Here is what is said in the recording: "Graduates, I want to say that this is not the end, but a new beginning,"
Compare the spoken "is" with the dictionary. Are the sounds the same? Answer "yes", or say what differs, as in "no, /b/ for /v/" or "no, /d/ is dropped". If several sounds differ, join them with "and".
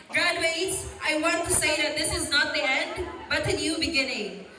yes